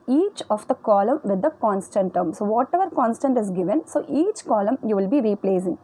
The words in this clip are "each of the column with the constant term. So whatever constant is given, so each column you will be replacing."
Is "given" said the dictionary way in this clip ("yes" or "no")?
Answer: yes